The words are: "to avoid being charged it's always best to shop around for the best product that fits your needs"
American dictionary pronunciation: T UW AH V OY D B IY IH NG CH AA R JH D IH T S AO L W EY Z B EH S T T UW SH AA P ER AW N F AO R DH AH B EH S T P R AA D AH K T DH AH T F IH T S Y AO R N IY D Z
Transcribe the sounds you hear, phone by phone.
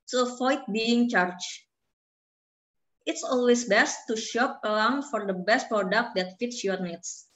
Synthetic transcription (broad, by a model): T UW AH F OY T B IY IH NG CH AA R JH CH IH T S AO L W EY S B EH S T T UW SH AA P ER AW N F AO R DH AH B EH S T P R AA D AH K T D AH T F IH T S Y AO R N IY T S